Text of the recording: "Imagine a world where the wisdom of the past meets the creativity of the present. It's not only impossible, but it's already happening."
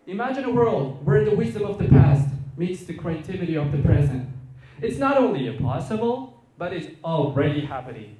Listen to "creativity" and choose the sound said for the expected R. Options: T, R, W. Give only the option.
W